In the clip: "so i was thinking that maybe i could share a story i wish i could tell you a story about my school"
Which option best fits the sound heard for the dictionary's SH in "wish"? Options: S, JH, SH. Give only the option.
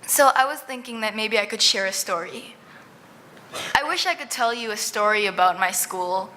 SH